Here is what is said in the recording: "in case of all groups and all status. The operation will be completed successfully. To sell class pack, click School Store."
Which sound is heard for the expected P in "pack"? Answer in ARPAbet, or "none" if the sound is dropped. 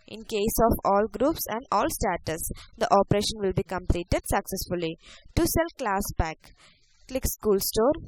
B